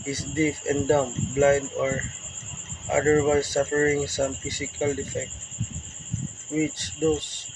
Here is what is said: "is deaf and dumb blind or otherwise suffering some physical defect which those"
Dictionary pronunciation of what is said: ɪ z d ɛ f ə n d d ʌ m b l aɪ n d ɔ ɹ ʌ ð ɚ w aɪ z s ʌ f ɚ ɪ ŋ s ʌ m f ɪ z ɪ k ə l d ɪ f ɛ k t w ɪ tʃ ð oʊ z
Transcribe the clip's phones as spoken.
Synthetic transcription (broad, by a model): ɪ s d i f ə n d d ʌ m b l aɪ n d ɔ ɹ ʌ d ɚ w aɪ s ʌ f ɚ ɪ ŋ s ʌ m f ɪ s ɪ k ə l d ɪ f ɛ k t w ɪ tʃ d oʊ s